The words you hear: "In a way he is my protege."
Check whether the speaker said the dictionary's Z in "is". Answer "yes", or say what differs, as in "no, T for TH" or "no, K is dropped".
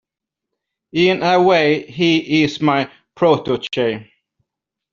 no, S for Z